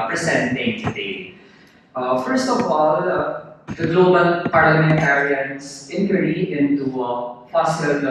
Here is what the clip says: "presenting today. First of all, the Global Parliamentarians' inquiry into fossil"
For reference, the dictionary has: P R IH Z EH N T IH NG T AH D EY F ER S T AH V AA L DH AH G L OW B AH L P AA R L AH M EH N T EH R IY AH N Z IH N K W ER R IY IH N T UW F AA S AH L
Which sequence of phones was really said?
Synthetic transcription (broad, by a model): P R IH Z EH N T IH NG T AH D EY F ER S T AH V AA L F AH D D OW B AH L P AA R L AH M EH N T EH R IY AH N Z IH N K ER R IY IH N T UW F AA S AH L